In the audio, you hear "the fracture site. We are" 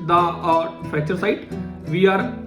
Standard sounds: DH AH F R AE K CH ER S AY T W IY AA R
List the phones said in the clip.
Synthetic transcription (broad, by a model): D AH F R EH CH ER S AY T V IY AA R